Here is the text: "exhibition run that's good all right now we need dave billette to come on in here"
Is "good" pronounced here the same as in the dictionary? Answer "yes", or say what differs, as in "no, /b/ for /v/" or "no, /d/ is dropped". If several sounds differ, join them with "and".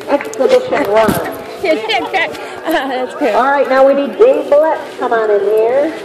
no, /d/ is dropped